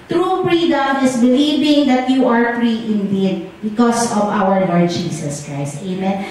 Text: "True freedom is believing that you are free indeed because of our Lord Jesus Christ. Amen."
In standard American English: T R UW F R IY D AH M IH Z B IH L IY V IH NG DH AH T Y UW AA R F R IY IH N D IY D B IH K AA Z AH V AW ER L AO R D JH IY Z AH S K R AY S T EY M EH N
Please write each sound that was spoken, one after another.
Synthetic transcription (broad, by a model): T R UW P R IY D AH M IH S B IH L IY V IH NG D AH T Y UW AA R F R IY IH N D IY D B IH K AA S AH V AW ER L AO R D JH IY S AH S K R AY S T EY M EH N